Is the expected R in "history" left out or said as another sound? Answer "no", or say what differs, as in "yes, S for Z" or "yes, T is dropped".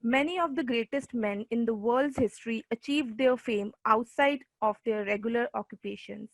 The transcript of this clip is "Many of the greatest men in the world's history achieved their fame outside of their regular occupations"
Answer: no